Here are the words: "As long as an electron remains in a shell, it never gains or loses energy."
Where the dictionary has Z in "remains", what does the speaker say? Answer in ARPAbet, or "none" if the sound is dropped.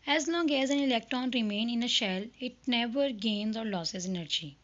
none